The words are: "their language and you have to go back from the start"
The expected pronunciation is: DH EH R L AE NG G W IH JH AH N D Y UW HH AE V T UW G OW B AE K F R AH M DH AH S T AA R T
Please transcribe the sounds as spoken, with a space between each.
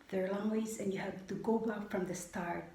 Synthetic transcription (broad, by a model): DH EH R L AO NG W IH Z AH N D Y UW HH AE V T UW G OW B AE K F R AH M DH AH S T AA R